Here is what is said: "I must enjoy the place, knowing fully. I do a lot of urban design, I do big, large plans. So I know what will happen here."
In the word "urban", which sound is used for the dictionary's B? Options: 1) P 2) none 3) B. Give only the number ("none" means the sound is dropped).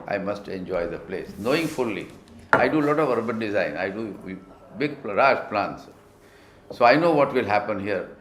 3